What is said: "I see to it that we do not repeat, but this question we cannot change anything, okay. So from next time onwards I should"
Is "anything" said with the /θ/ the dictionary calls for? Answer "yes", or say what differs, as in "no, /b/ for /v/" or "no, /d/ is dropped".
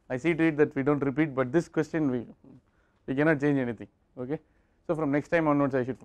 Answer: no, /t/ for /θ/